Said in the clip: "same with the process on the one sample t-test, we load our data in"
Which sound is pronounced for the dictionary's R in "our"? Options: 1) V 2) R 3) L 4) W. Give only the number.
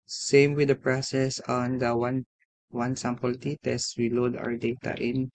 2